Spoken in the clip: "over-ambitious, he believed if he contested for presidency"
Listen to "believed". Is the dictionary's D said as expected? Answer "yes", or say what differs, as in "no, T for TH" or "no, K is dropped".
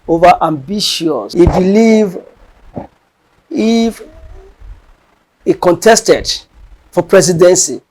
no, D is dropped